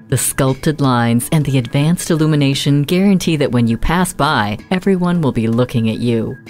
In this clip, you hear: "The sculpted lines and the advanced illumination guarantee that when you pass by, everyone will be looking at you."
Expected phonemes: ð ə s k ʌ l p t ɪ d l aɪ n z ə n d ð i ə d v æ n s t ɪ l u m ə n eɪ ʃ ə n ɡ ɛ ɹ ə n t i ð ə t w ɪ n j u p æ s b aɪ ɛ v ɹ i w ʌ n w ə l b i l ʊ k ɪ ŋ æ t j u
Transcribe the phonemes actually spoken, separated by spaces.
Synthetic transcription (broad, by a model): ð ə s k ʌ l p t ɪ d l aɪ n z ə n ð i ə d v æ n s t ɪ l u m ə n eɪ ʃ ə n ɡ ɛ ɹ ə n t i ð ə t w ɪ n j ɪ p æ s b aɪ ɛ v ɹ i w ʌ n w ə l b i l ʊ k ɪ ŋ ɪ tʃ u